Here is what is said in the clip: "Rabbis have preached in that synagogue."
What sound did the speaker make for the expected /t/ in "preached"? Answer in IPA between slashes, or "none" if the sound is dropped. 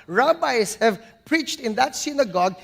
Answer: /t/